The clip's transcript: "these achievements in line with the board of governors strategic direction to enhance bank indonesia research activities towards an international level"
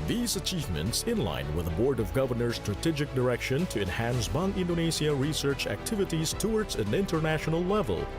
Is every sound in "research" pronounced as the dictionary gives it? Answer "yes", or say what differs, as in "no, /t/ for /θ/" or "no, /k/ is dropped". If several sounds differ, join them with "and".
yes